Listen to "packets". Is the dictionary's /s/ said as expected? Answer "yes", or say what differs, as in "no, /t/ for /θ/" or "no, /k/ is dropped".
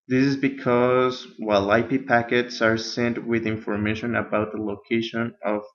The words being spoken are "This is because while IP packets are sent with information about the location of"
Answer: yes